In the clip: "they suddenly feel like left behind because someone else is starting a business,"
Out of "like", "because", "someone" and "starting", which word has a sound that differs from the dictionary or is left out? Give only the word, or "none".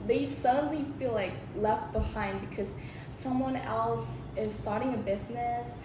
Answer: none